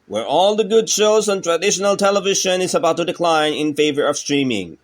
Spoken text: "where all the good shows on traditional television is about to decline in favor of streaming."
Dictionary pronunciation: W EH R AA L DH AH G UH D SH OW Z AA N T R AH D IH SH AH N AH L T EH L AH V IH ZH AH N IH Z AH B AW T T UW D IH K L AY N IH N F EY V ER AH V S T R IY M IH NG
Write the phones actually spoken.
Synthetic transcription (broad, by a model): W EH R AA L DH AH G UH D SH OW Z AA N T R AH D IH SH AH N AH L T EH L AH V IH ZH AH N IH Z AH B AW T T UW D IH K L AY N IH N F EY V ER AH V S T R IY M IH NG